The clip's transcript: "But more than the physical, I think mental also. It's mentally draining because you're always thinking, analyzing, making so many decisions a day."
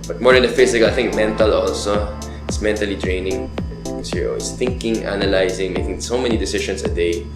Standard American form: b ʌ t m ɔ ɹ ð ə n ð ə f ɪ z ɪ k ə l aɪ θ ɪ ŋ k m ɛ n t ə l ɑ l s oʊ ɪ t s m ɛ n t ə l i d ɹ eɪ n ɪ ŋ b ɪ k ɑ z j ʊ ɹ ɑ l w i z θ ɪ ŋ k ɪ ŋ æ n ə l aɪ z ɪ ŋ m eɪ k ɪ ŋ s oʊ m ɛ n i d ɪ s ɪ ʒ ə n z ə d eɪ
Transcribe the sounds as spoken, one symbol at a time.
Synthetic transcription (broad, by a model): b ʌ t m ɔ ɹ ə n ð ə f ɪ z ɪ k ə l aɪ θ ɪ ŋ k m ɛ n t ə l ɑ l s oʊ ɪ t s m ɛ n t ə l i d ɹ eɪ n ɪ ŋ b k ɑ s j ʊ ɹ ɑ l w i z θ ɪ ŋ k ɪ ŋ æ n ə l aɪ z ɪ ŋ m eɪ k ɪ ŋ s oʊ m ɛ n i d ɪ s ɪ ʃ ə n s ə d eɪ